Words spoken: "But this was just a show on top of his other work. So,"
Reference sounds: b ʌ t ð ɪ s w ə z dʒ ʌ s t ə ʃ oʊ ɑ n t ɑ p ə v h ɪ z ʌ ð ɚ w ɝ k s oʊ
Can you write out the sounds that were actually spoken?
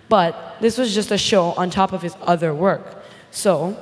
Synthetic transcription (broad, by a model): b ʌ t ð ɪ s w ə z dʒ ʌ s t ə ʃ oʊ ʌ n t ɑ p ə v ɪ z ʌ ð ɚ w ɝ k s oʊ